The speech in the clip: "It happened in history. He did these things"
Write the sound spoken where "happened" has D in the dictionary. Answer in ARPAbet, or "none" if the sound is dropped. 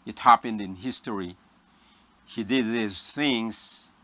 D